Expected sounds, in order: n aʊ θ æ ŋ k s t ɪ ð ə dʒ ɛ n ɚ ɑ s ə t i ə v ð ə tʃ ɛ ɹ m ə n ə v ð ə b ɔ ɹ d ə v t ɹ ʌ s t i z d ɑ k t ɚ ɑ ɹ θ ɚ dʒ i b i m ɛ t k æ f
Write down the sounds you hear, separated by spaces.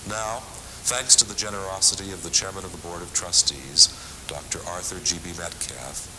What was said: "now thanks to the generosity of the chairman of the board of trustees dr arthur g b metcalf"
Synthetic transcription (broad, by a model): n aʊ θ æ ŋ k s t ɪ ð ə dʒ ɛ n ɚ ɑ s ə t i ə v ð ə tʃ ɛ ɹ m ə n ə v ð ə b ɔ ɹ d ə v t ɹ ʌ s t i z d ɑ k t ɚ ɑ ɹ θ ɚ dʒ i b i m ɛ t k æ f